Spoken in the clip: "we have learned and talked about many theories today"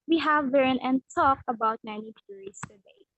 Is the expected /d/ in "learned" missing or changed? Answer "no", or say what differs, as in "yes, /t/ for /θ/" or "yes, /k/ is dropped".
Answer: yes, /d/ is dropped